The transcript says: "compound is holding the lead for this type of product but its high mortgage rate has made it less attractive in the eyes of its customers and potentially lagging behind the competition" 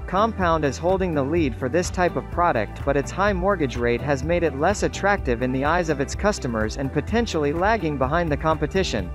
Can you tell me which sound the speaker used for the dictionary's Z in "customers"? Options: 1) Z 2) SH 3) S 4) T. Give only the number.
1